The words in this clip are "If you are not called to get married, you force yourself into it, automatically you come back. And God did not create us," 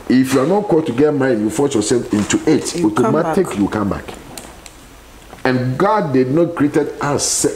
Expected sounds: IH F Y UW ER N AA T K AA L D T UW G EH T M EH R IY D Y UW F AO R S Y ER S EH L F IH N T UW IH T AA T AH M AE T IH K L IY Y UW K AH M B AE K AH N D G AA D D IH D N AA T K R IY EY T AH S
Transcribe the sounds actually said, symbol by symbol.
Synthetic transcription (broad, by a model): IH F Y UW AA N AA T K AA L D T UW G EH T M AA IY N Y UW F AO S Y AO S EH L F IH N T UW IH T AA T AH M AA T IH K Y UW K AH M B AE K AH N G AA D D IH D N AA T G R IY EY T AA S